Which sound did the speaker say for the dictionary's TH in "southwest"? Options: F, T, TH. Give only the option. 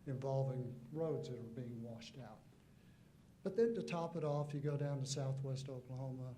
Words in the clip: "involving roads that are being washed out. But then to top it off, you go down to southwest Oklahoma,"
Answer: TH